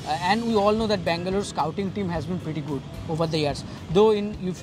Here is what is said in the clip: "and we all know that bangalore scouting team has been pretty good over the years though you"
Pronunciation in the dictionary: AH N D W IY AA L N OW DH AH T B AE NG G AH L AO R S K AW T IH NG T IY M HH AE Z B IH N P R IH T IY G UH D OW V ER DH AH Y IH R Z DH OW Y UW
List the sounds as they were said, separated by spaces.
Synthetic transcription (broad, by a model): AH N D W IY AA L N OW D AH T B AE NG G AH L AO R S K AW T IH NG T IY M HH AE Z B IH N P R IH T IY G UH D OW V ER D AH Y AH R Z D OW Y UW